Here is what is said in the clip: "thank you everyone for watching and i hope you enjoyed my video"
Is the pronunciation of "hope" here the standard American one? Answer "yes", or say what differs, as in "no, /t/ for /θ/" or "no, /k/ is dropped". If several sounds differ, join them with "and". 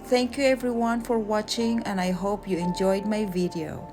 yes